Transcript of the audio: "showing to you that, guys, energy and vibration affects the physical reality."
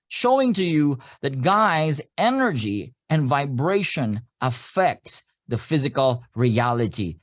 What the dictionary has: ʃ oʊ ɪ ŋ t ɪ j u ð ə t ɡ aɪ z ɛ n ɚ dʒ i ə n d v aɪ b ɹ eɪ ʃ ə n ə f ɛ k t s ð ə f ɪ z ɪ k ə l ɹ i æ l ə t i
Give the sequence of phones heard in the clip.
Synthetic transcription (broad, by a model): ʃ oʊ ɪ ŋ t ɪ j u ð ə t ɡ aɪ z ɛ n ɚ dʒ i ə n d v aɪ b ɹ eɪ ʃ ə n ə f ɛ k t s ð ə f ɪ z ɪ k ə l ɹ i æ l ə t i